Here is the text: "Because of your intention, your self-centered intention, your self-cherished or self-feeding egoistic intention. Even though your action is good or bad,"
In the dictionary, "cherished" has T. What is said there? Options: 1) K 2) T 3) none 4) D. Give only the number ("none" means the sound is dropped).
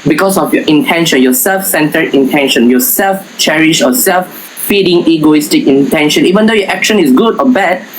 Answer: 3